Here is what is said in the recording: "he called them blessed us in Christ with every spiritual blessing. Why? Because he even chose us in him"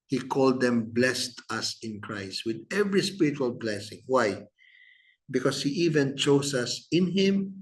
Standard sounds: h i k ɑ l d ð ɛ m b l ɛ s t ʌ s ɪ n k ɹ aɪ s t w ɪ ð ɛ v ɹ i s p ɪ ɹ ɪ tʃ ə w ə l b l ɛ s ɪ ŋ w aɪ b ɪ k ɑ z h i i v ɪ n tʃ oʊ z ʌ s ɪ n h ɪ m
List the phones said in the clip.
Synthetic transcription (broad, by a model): h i k ɑ l d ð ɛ m b l ɛ s t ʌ s ɪ n k ɹ aɪ s t w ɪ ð ɛ v ɹ i s p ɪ ɹ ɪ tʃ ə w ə l b l ɛ s ɪ ŋ w aɪ b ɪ k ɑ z h i i v ɪ n tʃ oʊ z ʌ s ɪ n h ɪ m